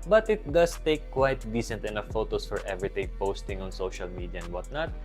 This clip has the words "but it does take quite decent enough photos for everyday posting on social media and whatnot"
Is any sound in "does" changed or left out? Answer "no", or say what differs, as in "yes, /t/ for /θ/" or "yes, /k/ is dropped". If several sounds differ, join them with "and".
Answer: yes, /s/ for /z/